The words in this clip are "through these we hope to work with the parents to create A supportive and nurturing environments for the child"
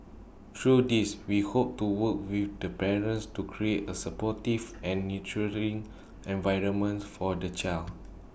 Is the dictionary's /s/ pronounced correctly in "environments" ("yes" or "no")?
no